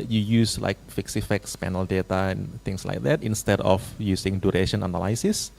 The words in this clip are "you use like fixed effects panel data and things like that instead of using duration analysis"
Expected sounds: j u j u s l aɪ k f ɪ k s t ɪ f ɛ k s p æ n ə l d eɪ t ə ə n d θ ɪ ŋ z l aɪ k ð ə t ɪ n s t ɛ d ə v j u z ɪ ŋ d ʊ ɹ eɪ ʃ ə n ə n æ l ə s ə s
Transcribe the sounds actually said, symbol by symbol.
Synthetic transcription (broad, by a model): j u j u s l aɪ k f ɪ k s ɪ f ɛ k s p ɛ n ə l d eɪ t ə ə n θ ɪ ŋ s l aɪ k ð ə t ɪ n s t ɛ d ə f j u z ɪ ŋ d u ɹ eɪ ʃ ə n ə n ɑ l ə s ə s